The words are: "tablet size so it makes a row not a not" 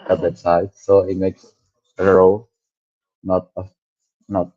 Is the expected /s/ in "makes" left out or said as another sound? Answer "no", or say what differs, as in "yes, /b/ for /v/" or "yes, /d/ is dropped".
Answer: no